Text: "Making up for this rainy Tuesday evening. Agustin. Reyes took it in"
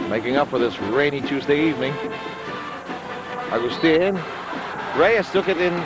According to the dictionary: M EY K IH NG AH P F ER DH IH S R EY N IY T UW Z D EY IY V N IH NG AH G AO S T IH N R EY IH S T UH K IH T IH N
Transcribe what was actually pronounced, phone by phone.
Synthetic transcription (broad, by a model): M EY K IH NG AH P F ER DH IH S R EY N IY T UW Z D EY IY V N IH NG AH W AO S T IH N R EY IH S T UH K IH T IH N